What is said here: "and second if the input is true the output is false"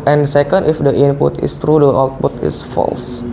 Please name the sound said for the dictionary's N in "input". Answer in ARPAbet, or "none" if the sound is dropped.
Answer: N